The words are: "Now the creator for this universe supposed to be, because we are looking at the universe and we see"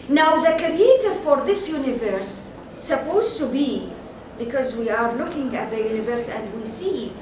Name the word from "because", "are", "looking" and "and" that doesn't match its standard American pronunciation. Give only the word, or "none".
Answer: none